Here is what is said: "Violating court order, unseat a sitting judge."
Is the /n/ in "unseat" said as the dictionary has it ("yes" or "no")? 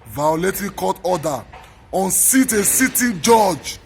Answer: yes